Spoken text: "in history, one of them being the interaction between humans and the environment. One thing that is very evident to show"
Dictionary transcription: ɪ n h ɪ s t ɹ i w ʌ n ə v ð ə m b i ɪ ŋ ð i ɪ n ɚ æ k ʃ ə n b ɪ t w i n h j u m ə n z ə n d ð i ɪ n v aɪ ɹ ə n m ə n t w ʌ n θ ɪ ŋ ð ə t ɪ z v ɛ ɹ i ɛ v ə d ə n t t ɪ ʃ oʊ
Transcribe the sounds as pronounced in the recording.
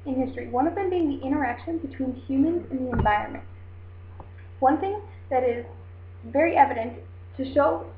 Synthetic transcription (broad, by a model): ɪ n h ɪ s t ɹ i w ʌ n ə v ð ə m b i ɪ ŋ ð i ɪ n ɚ æ k ʃ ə n b ɪ t w i n h j u m ə n z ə n ð i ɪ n v aɪ ɹ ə n m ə n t w ʌ n θ ɪ ŋ ð ə t ɪ z v ɛ ɹ i ɛ v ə d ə n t t ɪ ʃ oʊ